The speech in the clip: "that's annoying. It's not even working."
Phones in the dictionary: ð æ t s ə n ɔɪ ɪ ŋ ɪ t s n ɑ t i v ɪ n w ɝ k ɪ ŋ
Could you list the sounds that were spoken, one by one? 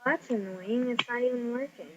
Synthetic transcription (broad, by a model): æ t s ə n ɔɪ ɪ ŋ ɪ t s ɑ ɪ ɪ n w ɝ k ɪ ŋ